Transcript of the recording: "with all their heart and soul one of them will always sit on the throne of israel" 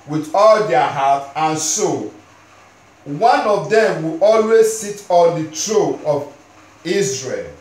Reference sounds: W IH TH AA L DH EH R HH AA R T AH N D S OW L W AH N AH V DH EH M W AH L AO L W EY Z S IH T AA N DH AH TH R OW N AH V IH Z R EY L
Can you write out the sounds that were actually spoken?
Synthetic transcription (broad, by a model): W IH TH AA L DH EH HH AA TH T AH N S OW W AH N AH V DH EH M W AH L AO L W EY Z S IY T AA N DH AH T R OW AH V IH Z R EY L